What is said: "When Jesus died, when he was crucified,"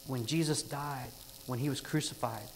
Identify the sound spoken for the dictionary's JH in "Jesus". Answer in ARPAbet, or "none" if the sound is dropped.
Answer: JH